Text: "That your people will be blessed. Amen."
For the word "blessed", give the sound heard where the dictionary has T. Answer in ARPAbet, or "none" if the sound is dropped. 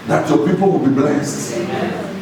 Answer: T